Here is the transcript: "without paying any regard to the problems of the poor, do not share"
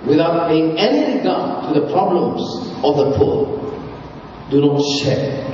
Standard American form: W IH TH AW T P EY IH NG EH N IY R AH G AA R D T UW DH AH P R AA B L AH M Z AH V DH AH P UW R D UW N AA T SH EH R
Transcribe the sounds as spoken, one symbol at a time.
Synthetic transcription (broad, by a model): W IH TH AW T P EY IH NG EH N IY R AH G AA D T UW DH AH P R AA B L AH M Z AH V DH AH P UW L D UW N AA T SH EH